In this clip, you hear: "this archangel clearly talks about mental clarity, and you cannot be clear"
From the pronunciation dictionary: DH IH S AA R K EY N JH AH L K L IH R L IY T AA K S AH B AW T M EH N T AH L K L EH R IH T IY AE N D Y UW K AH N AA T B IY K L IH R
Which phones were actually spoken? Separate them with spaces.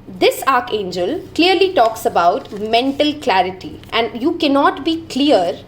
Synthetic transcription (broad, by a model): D IH S AA R K EY N JH AH L K L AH R L IY T AA K S AH B AW T M EH N T AH L K L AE R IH T IY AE N D Y UW K AH N AA T B IY K L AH R